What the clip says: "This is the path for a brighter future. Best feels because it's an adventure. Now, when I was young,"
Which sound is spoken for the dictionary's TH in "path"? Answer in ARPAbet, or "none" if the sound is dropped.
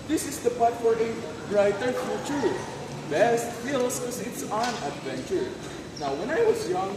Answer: T